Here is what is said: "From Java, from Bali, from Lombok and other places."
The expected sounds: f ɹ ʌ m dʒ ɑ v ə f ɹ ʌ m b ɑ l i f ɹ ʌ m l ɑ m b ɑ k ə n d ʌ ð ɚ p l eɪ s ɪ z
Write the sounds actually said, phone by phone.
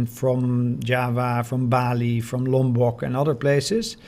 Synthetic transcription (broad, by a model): f ɹ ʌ m dʒ ɑ v ə f ɹ ʌ m b ɑ l i f ɹ ʌ m l ɑ m b ɑ k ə n ʌ ð ɚ p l eɪ s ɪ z